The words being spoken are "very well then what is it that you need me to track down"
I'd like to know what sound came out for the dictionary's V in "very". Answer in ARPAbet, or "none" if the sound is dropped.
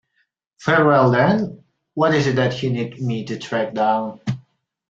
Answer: F